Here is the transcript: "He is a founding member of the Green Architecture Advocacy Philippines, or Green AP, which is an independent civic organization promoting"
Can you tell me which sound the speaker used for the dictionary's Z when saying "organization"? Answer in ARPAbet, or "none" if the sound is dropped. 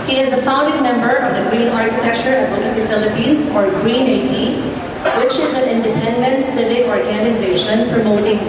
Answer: Z